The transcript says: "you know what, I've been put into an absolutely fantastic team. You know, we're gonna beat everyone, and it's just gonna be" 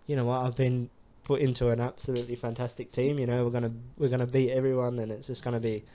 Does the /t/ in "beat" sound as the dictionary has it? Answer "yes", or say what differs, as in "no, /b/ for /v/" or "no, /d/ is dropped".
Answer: no, /t/ is dropped